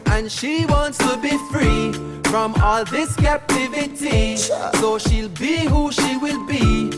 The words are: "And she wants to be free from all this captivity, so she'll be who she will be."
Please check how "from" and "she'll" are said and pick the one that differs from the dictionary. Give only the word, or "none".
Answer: none